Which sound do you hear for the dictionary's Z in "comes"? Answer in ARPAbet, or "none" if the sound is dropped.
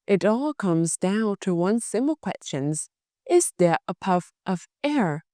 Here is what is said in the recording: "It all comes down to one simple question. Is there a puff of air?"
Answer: Z